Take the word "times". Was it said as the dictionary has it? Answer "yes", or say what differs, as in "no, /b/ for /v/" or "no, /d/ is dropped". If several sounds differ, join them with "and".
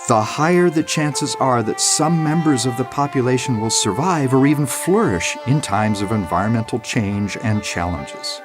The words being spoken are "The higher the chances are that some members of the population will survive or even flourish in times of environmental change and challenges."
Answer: yes